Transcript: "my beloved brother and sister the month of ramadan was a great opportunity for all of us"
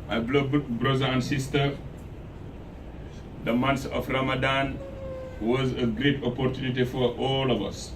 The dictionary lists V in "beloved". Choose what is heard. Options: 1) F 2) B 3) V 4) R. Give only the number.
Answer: 2